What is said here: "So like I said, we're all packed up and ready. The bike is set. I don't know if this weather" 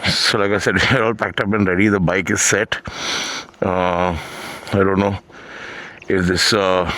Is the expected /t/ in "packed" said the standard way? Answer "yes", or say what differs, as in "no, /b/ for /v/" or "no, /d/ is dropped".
yes